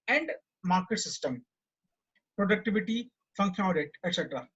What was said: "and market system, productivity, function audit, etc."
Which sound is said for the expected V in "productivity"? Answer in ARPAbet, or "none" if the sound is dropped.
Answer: V